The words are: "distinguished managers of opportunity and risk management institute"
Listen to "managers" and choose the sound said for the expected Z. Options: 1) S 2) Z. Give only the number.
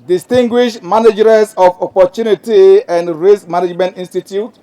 1